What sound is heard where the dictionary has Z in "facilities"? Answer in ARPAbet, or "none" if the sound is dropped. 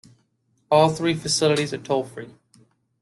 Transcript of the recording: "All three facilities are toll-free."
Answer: Z